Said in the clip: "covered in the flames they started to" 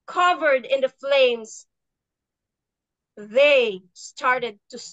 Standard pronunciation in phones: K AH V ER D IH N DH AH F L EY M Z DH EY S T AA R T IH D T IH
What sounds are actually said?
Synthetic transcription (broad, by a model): K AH V ER D IH N DH AH F L EY M Z DH EY S T AA R T IH D T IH